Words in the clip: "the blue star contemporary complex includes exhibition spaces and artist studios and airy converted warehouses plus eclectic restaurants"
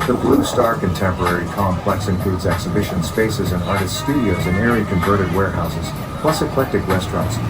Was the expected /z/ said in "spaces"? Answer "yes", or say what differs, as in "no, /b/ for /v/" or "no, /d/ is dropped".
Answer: yes